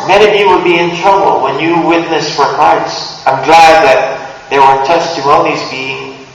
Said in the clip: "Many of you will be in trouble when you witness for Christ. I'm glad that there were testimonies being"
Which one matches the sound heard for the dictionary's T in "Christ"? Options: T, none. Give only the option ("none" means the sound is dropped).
none